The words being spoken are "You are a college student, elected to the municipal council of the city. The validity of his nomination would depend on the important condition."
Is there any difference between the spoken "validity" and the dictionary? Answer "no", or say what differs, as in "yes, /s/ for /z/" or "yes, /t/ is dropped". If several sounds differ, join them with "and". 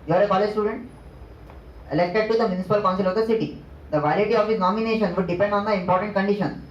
yes, /l/ is dropped